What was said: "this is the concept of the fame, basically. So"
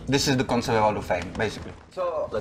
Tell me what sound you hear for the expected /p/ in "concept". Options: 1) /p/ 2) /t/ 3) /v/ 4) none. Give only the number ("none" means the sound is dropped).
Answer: 4